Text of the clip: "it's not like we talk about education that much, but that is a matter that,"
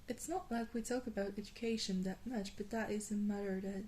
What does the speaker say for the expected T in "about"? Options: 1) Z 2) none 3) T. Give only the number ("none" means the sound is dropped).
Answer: 3